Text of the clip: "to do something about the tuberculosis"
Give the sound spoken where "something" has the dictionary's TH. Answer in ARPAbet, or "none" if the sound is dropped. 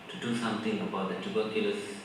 T